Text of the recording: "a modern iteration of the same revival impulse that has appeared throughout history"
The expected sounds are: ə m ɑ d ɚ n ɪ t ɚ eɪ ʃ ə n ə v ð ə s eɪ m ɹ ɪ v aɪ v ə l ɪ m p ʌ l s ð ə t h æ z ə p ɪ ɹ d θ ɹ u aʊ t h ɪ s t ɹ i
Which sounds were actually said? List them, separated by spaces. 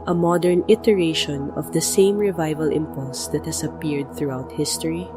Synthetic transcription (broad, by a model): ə m ɑ d ɚ n ɪ t ɚ eɪ ʃ ə n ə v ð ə s eɪ m ɹ ɪ v aɪ v ə l ɪ m p ʌ l s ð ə t h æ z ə p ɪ ɹ d θ ɹ u aʊ t h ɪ s t ɹ i